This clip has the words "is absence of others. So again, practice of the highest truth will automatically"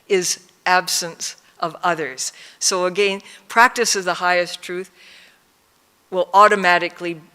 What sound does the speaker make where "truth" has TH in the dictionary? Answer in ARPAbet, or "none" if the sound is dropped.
TH